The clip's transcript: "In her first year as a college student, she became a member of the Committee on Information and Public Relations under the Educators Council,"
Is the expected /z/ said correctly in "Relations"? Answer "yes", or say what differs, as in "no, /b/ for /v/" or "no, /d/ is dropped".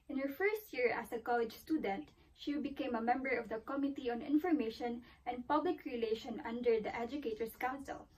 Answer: no, /z/ is dropped